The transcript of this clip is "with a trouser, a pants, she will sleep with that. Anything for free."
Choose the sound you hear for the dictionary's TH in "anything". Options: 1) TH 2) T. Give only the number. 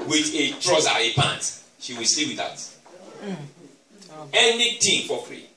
2